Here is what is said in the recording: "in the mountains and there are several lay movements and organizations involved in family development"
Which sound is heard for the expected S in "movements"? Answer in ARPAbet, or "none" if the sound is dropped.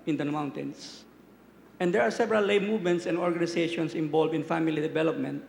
S